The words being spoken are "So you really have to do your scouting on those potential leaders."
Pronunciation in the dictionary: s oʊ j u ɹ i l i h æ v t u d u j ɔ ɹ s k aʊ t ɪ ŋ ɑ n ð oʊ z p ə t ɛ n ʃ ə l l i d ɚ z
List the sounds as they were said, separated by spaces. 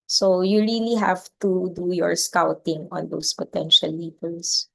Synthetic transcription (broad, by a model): s oʊ j u ɹ i l i h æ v t u d u j ɔ ɹ s k aʊ t ɪ ŋ ɑ n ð oʊ s p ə t ɛ n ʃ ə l l i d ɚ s